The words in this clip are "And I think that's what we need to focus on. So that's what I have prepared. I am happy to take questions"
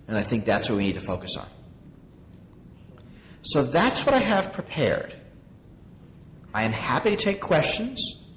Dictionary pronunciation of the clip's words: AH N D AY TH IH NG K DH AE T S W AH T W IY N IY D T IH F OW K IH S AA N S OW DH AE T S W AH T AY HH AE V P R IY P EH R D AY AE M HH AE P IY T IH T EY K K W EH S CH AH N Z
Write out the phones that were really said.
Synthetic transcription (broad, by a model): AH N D AY TH IH NG K DH AE T S W AH T W IY N IY D T IH F OW K IH S N S OW DH AE T S W AH T AY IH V P R IY P EH R D AY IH M HH AE P IY T IH T EY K K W EH S CH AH N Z